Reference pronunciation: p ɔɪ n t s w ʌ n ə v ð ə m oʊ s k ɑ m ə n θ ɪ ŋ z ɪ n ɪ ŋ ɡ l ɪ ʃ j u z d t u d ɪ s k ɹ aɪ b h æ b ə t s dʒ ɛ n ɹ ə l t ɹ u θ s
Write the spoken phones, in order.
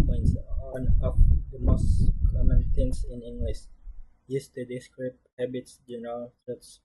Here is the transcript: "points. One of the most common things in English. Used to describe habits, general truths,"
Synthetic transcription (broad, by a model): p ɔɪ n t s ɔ n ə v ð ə m oʊ s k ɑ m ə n t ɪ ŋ s ɪ n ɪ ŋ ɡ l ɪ s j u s t u d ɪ s k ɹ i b h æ b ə t s dʒ ɛ n ɹ ə l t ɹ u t s